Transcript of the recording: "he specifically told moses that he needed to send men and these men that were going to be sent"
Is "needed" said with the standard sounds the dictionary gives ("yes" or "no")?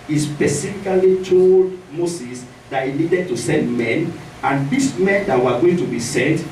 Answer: yes